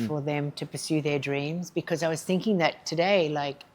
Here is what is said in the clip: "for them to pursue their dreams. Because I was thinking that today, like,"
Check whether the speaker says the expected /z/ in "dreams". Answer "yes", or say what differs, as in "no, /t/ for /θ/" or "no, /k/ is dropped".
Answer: yes